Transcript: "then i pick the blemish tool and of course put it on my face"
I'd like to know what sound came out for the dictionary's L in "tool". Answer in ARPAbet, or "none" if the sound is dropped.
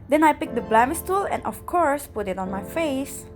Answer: L